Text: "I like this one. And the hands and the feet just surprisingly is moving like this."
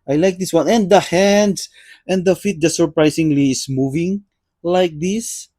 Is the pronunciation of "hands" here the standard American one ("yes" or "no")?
no